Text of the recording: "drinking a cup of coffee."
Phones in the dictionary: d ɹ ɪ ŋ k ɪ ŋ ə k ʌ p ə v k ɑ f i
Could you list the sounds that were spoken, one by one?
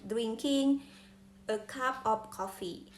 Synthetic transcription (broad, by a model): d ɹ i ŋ k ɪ ŋ ə k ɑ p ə p k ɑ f i